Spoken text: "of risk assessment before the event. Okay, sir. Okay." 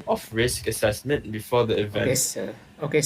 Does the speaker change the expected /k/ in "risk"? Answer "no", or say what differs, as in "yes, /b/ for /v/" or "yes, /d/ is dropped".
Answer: no